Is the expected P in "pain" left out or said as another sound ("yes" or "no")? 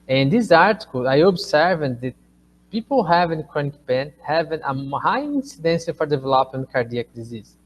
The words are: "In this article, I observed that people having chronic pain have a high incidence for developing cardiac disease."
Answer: yes